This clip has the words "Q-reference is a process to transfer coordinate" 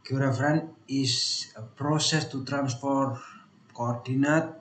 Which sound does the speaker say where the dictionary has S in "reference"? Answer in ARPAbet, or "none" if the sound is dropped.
none